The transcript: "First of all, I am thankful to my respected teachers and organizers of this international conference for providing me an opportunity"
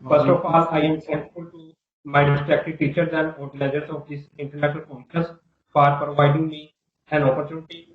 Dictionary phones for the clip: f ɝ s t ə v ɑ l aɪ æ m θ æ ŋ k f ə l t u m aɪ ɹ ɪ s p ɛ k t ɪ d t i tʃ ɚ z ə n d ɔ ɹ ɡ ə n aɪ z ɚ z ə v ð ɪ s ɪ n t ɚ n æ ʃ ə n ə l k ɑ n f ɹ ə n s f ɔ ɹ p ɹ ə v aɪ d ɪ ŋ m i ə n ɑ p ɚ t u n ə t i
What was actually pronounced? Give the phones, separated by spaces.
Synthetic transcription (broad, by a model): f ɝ s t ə f ɑ l aɪ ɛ m s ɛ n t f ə l t u m aɪ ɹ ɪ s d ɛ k t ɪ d t i tʃ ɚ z ə n d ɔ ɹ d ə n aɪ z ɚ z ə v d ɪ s ɪ n t ɚ n æ ʃ ə n ə l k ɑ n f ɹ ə s f ɔ ɹ p ɹ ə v aɪ d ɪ ŋ m i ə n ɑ p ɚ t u n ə t i